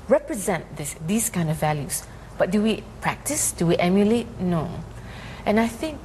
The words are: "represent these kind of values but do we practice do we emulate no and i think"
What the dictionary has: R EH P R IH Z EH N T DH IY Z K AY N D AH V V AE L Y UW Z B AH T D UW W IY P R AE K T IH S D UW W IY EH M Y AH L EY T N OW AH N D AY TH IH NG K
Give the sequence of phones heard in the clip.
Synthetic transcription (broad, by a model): R EH P R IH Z EH N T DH IY S K AY N D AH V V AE L Y UW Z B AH T D UW W IY P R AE K T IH S D UW W IY EH M Y AH L EY T N OW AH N AY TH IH NG K